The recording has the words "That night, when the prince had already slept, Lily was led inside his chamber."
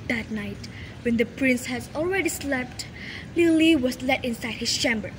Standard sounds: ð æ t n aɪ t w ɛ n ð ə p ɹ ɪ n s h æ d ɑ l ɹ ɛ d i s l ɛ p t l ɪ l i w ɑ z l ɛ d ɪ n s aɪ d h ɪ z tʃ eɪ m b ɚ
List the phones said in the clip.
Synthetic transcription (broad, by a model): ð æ t n aɪ t w ɛ n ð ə p ɹ ɪ n s h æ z ɑ l ɹ ɛ d i s l ɛ p t l ɪ l i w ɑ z l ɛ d ɪ n s aɪ d h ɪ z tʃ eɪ m b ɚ